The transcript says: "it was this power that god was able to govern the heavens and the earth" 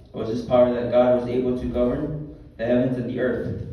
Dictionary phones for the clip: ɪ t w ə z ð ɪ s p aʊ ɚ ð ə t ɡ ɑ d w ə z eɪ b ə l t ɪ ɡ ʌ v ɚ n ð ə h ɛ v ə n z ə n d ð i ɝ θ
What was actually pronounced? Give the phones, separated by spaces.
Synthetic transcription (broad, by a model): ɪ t w ə z ð ɪ s p aʊ ɚ ð ə t ɡ ɑ d w ə z eɪ b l t ɪ ɡ ʌ v ɚ n ð ə h ɛ v ə n z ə n ð i ɝ θ